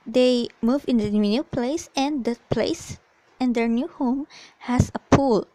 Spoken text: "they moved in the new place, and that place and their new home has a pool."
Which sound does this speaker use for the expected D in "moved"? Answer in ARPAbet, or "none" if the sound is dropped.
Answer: none